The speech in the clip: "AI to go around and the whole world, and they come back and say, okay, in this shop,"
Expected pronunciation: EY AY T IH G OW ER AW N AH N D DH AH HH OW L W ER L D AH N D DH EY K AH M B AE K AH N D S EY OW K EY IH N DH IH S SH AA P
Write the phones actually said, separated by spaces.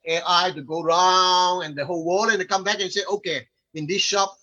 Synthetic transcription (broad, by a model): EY AY T IH G OW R AW N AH N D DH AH HH OW L W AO D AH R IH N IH K AH M B AE K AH N S EY OW K EY IH N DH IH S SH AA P